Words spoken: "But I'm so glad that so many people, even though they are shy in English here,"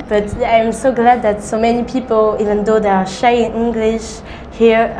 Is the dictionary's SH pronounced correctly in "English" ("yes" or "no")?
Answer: yes